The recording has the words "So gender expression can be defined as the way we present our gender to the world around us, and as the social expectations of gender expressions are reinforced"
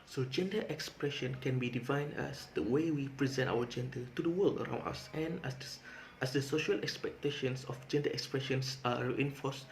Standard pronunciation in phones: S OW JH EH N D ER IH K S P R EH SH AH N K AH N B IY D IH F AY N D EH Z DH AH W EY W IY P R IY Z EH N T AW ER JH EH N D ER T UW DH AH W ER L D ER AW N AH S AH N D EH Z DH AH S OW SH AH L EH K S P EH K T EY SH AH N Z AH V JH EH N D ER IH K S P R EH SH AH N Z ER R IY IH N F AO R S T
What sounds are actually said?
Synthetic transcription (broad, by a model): S OW JH EH N D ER IH K S P R EH SH AH N K AH N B IY D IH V AY N AA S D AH W EY W IY P R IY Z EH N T AW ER JH EH N D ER T UW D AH W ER L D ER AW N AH S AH N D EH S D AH S OW SH AH L EH K S P EH K T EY SH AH N S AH F JH EH N D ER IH K S P R EH SH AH N S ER R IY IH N F AO S